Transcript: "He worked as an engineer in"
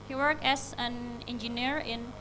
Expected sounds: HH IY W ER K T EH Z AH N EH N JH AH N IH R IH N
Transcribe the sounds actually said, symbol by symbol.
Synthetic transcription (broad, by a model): HH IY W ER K EH S AH N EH N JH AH N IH R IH N